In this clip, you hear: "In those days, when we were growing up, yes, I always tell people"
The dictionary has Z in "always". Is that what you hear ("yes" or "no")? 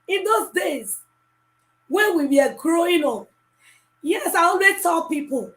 no